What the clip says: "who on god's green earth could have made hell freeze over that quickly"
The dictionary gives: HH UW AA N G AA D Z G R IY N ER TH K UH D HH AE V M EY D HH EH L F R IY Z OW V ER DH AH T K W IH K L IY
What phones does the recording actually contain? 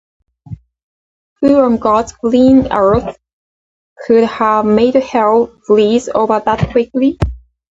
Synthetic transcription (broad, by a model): HH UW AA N G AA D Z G L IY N ER TH K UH D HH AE V M EY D HH EH L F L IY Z OW V ER DH AH T K W IH K L IY